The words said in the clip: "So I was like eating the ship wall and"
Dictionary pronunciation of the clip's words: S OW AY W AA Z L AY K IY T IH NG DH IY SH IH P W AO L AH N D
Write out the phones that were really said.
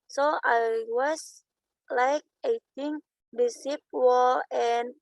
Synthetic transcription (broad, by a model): S OW AY W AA S L AY K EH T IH NG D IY S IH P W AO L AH N